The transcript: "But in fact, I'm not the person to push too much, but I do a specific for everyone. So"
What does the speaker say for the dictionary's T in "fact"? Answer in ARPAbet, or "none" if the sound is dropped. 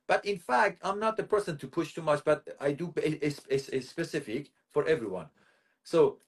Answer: T